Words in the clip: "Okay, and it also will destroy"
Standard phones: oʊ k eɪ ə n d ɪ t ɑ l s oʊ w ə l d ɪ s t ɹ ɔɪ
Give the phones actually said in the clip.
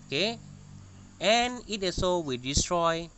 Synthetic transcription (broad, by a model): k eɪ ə n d ɪ t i s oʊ w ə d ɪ s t ɹ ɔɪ